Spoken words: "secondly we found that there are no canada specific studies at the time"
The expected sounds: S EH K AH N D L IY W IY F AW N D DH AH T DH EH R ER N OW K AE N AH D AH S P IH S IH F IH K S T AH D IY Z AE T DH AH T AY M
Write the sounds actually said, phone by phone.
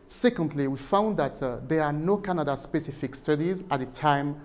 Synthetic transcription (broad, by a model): S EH K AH N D L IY W IY F AW N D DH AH T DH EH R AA N OW K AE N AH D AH S P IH S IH F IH K S T AH D IY Z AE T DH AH T AY M